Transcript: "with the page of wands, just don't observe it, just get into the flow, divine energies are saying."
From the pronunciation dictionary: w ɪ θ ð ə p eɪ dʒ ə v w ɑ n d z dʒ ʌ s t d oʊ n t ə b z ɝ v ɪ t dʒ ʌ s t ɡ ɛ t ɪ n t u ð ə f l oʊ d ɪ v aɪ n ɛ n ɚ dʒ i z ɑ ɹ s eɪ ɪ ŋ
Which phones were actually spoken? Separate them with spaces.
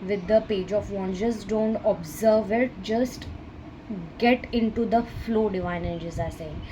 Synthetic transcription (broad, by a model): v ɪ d ə p eɪ dʒ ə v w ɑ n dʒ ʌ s d oʊ n t ə b z ɝ v ɪ t dʒ ʌ s t ɡ ɛ t ɪ n t u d ə f l oʊ d ɪ v aɪ n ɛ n dʒ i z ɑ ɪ s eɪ